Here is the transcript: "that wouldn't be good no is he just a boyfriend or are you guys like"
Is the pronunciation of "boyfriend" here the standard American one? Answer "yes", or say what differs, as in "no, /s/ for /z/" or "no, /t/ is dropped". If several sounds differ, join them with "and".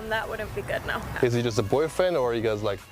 no, /d/ is dropped